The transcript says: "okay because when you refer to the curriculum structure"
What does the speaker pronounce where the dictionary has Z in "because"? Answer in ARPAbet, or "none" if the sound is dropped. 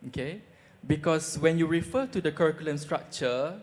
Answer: S